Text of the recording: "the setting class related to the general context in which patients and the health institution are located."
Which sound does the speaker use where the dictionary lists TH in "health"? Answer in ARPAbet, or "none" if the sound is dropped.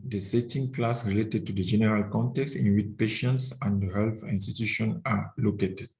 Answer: F